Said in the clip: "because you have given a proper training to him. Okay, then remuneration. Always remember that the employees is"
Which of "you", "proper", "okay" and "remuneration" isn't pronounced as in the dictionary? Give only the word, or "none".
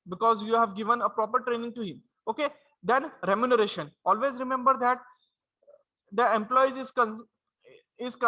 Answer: none